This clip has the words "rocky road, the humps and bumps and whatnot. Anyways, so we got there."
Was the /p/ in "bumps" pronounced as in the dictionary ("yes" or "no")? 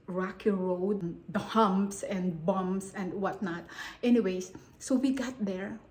no